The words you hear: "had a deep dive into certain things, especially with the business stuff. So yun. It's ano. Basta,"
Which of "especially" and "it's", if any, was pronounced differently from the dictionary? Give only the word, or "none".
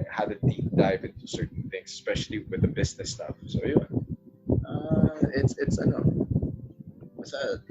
none